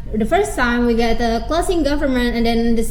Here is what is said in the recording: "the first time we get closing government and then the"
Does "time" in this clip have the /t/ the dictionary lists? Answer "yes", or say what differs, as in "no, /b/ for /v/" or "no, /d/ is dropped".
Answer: no, /s/ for /t/